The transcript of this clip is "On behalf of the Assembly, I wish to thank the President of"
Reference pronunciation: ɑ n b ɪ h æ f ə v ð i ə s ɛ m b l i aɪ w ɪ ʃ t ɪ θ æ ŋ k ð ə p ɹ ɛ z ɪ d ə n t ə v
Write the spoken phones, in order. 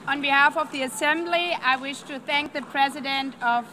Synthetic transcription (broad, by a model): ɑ n b ɪ h æ f ə v ð i ə s ɛ m b l i aɪ w ɪ ʃ t ɪ θ æ ŋ k ð ə p ɹ ɛ z ɪ d ə n t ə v